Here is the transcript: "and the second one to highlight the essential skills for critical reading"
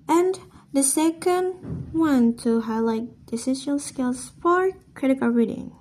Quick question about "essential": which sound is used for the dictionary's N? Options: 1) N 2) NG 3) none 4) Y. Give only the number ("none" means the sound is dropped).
3